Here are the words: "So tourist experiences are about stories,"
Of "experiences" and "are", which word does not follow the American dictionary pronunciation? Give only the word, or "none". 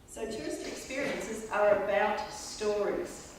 none